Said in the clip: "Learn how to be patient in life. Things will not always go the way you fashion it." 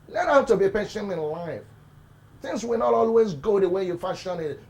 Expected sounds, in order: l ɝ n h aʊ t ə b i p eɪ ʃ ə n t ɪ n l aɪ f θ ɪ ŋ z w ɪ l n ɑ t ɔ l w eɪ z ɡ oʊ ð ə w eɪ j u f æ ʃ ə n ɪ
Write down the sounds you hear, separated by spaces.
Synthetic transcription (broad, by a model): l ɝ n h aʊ t ə b i p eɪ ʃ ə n ɪ n l aɪ f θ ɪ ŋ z w ɪ l n ɑ t ɔ l w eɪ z ɡ oʊ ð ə w eɪ j u f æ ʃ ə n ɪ